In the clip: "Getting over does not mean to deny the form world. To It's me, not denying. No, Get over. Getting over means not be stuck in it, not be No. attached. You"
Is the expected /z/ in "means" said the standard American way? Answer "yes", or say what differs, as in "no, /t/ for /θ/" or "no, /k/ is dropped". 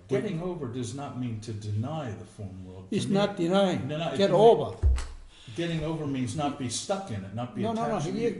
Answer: yes